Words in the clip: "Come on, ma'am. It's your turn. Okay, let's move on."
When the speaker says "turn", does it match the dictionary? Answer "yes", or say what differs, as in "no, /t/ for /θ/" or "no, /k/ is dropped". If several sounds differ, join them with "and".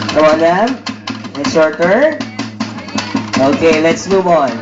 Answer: no, /n/ is dropped